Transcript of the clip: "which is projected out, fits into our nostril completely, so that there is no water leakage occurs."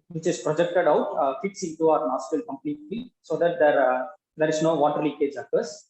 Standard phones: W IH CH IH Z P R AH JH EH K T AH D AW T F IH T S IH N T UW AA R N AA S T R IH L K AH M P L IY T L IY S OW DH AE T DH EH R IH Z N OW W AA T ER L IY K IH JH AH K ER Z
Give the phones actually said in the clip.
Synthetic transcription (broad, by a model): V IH CH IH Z P R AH JH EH K T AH D AW T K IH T S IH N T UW AA R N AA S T IH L K AH M P L IY T L IY S OW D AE T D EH R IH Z N OW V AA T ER L IY K IH JH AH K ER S